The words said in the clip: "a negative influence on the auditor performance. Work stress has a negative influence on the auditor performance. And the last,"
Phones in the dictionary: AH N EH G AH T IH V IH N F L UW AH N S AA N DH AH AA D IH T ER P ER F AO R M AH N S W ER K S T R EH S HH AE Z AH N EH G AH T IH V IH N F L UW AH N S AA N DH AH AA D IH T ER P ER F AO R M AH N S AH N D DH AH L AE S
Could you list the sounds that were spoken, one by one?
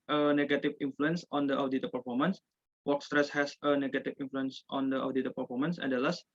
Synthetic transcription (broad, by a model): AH N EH G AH T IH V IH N F L UW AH N S AA N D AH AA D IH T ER P ER F AO R M AH N S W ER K S T R EH S HH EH S AH N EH G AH T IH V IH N F L UW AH N S AA N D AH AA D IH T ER P ER F AO R M AH N S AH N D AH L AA S